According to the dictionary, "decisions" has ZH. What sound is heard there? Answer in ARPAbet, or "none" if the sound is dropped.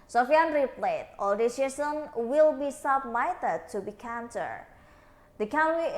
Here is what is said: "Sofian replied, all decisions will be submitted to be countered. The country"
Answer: S